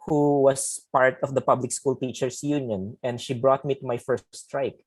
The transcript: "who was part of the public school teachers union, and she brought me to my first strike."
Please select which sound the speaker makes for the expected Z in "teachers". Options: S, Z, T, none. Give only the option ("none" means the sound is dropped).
S